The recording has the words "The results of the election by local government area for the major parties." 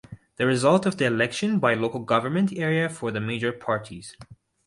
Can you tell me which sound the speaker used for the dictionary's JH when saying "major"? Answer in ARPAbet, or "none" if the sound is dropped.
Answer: JH